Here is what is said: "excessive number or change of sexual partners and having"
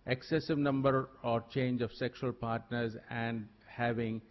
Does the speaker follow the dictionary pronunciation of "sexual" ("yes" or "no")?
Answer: yes